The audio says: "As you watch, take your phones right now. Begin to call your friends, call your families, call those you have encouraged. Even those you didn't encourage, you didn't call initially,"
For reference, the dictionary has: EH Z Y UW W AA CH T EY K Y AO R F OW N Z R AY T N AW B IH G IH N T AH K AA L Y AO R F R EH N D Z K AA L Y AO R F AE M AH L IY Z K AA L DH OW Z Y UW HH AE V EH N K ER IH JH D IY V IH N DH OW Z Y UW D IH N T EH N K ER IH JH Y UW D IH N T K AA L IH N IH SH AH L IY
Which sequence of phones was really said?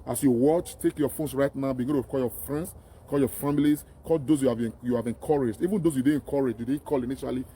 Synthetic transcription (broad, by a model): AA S Y UW W AA CH T EY K Y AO F OW N S R AY T N AW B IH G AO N T AH K AA L Y AO F R EH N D S K AA L Y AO F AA M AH L IY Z K AA L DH OW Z Y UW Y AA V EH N K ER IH JH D IY V IH N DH OW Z Y UW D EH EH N K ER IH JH Y UW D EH K AA L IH N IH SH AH L IY